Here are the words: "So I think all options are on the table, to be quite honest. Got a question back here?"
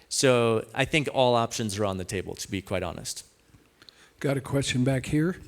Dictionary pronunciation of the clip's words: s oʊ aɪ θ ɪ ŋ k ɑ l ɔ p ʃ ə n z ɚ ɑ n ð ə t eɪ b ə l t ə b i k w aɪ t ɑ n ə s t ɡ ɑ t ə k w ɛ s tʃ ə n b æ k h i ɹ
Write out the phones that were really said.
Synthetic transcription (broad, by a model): s oʊ aɪ θ ɪ ŋ k ɑ l ɔ p ʃ ə n z ɚ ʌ n ð ə t eɪ b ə l t ə b i k w aɪ t ɑ n ə s t ɡ ɑ t ə k w ɛ s tʃ ə n b æ k h i ɹ